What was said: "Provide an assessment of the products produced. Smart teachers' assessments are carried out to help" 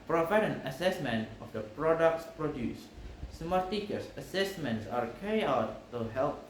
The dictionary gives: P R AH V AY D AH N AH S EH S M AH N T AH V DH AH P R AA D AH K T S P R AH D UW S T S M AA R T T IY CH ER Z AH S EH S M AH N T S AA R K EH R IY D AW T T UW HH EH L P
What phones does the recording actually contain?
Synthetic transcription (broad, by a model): P R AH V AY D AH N AH S EH S M AH N T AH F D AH P R AA D AH K T S P R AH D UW S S M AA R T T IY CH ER S AH S EH S M AH N T S AA R K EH R IY AW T T UW HH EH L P